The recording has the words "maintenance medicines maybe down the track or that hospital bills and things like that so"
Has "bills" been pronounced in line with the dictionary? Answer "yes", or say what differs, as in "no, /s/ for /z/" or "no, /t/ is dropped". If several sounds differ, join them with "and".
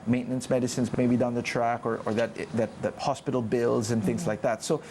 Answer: yes